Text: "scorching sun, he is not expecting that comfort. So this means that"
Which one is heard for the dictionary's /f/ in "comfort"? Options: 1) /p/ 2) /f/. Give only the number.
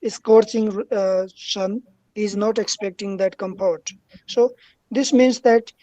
1